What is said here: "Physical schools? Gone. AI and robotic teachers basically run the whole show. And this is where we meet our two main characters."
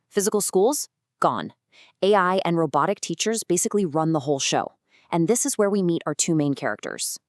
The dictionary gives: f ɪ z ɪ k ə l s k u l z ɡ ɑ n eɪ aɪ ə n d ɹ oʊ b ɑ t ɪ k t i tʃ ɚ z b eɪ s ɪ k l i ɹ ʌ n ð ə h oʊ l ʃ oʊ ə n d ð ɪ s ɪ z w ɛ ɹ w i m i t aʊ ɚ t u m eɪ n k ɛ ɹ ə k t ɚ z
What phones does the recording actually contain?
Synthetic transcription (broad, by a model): f ɪ z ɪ k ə l s k u l z ɡ ɑ n eɪ aɪ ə n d ɹ oʊ b ɑ t ɪ k t i tʃ ɚ z b eɪ s ɪ k l i ɹ ʌ n ð ə h oʊ l ʃ oʊ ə n ð ɪ s ɪ z w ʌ ɹ w i m i t aʊ ɚ t u m eɪ n k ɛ ɹ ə k t ɚ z